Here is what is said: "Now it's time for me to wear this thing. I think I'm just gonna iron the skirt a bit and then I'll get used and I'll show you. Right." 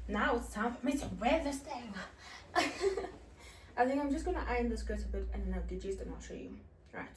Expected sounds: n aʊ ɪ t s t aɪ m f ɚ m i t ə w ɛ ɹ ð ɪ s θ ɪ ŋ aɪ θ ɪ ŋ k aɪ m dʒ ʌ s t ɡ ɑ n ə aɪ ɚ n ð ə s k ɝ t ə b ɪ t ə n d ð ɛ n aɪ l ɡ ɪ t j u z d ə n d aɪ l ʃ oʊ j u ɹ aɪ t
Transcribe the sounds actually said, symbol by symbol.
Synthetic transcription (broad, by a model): n aʊ ɪ t s t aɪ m f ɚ m i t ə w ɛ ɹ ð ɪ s t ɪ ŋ aɪ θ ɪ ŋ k aɪ m dʒ ʌ s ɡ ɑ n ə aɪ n ð ə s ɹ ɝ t ə b ɪ t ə n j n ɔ ʊ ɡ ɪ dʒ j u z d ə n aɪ ʃ oʊ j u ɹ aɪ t